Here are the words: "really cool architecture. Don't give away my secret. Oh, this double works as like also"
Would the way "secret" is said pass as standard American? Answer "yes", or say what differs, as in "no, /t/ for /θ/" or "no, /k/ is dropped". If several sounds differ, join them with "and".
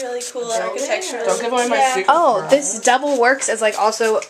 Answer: no, /t/ is dropped